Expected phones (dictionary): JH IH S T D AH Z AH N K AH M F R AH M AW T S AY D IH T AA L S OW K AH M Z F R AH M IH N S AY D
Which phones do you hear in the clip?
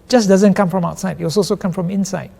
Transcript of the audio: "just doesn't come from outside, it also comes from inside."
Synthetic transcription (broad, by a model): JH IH S D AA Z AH N K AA M F R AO M AW T S AY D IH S AA L S OW K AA M F R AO M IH N S AY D